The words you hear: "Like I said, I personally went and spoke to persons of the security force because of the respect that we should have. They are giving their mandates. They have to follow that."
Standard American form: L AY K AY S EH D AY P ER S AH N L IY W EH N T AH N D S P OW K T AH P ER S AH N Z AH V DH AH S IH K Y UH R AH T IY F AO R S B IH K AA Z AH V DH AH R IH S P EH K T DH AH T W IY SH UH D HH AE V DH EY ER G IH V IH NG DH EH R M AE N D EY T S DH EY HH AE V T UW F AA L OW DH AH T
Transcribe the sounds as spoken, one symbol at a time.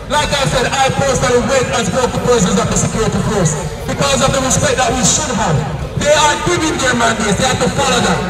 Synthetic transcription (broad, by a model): L AY K AY S EH D AY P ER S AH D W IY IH T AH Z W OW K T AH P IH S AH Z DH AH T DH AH S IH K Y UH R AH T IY F AO R S B IH K AA Z AH V DH AH R IH S P EH K T DH AH T W IY SH UH D HH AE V DH EY ER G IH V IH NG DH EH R M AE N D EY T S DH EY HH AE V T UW F AA L OW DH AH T